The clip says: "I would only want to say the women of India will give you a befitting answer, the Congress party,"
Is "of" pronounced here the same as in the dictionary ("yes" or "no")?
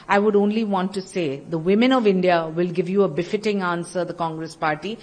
yes